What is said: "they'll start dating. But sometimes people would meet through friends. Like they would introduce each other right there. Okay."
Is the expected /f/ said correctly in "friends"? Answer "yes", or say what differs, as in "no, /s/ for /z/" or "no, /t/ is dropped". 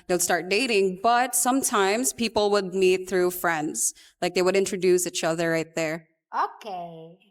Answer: yes